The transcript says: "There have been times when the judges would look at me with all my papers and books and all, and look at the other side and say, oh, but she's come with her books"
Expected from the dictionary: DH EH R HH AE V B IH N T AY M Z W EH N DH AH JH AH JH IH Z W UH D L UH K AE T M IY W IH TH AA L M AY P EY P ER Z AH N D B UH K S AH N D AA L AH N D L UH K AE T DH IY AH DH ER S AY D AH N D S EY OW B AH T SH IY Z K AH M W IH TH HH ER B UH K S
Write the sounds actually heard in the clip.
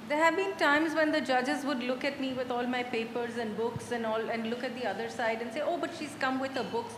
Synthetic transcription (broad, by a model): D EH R HH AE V B IH N T AY M Z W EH N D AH JH AH JH IH Z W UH D L UH K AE T M IY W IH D AA L M AY P EY P ER Z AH N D B UH K S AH N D AA L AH N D L UH K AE T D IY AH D ER S AY D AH N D S EY OW B AH T SH IY Z K AH M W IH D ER B UH K S